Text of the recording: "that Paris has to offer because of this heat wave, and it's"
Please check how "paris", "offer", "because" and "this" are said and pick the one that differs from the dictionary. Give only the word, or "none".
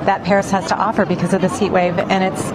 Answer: none